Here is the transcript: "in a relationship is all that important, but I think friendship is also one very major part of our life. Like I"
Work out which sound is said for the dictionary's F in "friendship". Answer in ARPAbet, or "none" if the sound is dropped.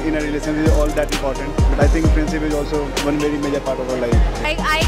P